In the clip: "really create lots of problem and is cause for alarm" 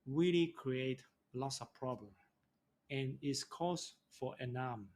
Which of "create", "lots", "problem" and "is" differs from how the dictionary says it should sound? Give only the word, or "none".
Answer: is